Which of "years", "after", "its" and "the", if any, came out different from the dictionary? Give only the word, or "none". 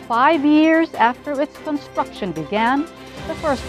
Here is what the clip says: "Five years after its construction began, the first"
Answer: none